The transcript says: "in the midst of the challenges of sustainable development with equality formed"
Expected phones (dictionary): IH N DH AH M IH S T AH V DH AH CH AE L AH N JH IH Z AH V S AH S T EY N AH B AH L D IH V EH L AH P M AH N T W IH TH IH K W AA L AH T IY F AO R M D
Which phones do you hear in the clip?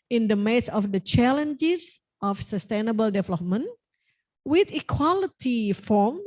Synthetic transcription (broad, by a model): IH N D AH M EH T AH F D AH CH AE L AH N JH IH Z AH F S AH S T EY N AH B AH L D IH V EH L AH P M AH N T W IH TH IH K W AA L AH T IY F AO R M